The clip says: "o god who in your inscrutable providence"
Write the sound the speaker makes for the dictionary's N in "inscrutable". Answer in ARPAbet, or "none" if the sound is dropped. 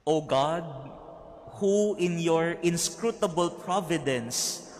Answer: N